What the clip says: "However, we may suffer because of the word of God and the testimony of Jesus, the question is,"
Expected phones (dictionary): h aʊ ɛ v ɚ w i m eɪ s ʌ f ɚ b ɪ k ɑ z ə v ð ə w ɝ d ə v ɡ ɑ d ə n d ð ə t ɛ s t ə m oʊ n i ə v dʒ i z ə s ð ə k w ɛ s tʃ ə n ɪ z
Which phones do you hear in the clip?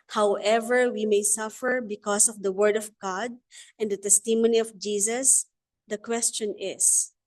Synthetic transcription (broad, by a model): h aʊ ɛ v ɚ w i m eɪ s ʌ f ɚ b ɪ k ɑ s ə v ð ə w ɝ d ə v ɡ ɑ d ə n d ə t ɛ s t ə m oʊ n i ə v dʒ i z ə s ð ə k w ɛ s tʃ ə n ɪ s